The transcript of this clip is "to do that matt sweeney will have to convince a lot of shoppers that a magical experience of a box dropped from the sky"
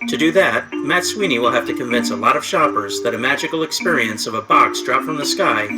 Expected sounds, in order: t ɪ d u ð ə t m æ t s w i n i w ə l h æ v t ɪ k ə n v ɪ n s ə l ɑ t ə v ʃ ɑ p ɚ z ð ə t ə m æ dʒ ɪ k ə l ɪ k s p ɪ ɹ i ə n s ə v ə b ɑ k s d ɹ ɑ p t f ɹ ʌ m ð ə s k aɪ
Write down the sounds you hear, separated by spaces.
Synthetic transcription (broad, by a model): t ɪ d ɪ ð ə t m æ t s w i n i w ə l h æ f t ɪ k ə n v ɪ n s ə l ɑ t ə v ʃ ɑ p ɚ z ð ə t ə m æ dʒ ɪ k l ɪ k s p ɪ ɹ i ə n s ə v ə b ɑ k s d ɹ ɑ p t f ɹ ʌ m ð ə s k aɪ